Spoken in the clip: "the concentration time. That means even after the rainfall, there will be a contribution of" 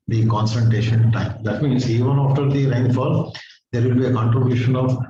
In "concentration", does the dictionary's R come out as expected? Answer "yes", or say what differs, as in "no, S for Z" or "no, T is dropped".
no, R is dropped